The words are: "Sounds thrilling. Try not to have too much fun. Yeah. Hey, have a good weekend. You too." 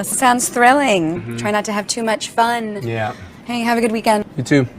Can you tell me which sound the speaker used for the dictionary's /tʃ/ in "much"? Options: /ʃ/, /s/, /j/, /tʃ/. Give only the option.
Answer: /tʃ/